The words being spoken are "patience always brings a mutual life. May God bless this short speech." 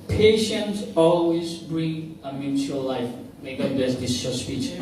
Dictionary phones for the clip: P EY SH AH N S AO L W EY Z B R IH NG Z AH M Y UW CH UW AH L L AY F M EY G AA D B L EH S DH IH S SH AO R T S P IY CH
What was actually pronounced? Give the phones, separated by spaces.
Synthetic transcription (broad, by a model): P EY SH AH N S AO L W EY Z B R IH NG AH M Y UW CH UW AH L L AY F M EY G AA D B EH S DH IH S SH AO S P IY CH